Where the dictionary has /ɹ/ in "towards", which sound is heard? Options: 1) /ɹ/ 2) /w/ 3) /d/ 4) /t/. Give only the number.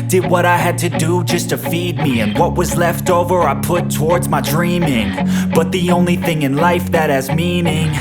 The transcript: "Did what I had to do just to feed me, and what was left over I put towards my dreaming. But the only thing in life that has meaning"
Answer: 1